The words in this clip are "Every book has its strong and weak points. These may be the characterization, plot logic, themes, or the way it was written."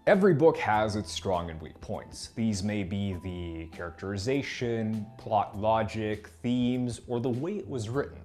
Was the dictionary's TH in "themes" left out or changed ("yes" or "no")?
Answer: no